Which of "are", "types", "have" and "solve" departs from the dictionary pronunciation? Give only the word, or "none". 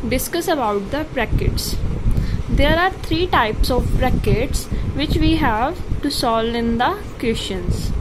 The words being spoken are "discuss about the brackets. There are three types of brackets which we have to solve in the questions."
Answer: solve